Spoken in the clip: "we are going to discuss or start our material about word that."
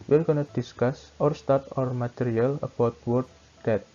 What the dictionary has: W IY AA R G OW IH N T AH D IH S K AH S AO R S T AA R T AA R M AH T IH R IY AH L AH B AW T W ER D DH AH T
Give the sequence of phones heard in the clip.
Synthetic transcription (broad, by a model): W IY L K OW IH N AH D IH S K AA S AO R S T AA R T AA R M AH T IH R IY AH L AH B AW T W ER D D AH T